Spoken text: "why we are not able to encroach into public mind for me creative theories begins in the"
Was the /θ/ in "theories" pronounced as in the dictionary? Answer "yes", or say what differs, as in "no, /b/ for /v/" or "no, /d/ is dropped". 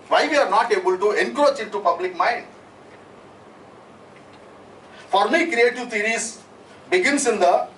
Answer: no, /t/ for /θ/